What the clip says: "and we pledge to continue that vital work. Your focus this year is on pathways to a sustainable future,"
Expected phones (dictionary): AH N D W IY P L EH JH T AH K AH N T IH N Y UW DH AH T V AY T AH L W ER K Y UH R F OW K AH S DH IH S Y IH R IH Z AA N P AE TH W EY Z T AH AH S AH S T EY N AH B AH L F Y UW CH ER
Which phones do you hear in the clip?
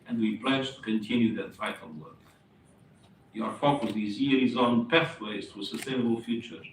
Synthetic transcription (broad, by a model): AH N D W IY P L EH JH T AH K AH N T IH N Y UW DH AH T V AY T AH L W ER K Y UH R F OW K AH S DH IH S Y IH R IH Z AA N P AE TH W EY Z T AH AH S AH S T EY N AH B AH L F Y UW CH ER